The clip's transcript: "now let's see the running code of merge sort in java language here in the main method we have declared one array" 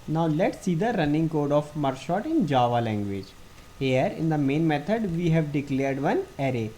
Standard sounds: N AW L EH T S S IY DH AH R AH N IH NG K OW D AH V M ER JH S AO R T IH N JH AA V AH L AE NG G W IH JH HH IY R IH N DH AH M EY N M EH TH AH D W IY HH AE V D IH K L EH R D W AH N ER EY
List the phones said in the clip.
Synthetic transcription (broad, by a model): N AW L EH T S S IY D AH R AH N IH NG K OW D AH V M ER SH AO T IH N JH AA V AH L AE NG G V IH JH HH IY R IH N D AH M EY N M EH T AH D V IY HH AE V D IH K L EH R D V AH N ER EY